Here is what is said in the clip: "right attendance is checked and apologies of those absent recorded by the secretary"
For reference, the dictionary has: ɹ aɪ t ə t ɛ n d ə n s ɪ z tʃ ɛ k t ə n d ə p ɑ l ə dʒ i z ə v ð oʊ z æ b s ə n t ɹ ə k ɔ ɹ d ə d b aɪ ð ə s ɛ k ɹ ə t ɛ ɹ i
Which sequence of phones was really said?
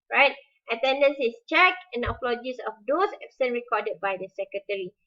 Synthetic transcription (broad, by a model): ɹ aɪ t ə t ɛ n d ə n s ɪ s tʃ ɛ k ə n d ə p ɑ l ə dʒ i s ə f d oʊ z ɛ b s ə n ɹ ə k ɔ d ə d b aɪ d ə s ɛ k ɹ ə t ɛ ɹ i